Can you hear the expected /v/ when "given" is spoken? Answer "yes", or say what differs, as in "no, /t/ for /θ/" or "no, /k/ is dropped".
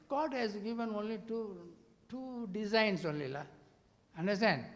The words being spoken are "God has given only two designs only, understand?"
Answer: yes